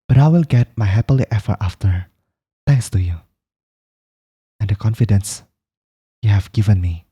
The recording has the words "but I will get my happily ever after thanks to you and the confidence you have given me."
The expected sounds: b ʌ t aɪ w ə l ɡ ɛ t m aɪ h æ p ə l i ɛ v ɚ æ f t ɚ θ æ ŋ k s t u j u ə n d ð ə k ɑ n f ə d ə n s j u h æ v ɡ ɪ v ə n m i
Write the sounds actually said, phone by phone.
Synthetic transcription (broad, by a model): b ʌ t aɪ w ə l ɡ ɛ t m aɪ h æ p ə l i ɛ f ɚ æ f t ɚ t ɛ ŋ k s t u j u ə n d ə k ɑ n f ə d ə n s j u h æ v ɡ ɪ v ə n m i